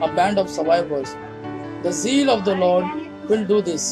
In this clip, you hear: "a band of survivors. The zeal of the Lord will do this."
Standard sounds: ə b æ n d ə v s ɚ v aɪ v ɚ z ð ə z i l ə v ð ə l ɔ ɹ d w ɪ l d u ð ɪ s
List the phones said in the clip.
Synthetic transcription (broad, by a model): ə b æ n d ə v s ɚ v aɪ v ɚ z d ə z i l ə v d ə l ɔ ɹ d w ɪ l d u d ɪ s